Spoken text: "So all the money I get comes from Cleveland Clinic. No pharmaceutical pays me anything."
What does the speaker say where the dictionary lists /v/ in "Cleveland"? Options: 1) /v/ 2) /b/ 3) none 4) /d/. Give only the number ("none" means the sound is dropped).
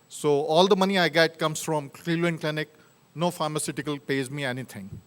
3